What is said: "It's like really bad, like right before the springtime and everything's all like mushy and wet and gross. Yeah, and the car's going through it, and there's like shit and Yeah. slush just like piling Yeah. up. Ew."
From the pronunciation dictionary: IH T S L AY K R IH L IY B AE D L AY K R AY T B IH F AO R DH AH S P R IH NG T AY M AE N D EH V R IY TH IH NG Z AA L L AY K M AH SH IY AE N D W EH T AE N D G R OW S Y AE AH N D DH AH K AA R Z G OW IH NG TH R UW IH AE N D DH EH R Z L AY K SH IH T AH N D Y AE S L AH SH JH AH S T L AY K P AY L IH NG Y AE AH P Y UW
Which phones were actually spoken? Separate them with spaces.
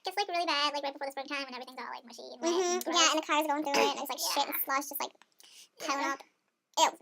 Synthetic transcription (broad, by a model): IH T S L AY K R IH L IY B AE D L AY K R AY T B IH F AO R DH S P R IH NG T AY M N EH V R IY TH IH NG Z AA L L AY K M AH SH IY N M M Y AE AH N DH AH K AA R Z G OW IH NG TH R UW IH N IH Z L AY K SH IH T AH N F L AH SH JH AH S T L AY K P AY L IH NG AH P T